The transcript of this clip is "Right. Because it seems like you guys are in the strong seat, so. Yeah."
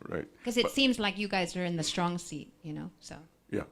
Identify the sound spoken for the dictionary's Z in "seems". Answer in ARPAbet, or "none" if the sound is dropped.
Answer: Z